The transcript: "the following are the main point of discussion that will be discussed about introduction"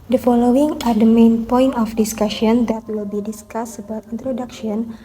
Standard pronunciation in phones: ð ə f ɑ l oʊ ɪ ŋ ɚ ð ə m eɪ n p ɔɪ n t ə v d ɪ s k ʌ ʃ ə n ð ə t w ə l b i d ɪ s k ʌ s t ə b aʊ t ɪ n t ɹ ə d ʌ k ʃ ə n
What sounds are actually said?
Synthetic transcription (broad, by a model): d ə f ɑ l oʊ ɪ ŋ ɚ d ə m eɪ n p ɔɪ n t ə f d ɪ s k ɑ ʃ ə n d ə t w ə l b i d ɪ s k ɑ s ə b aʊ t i n t ɹ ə d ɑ k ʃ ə n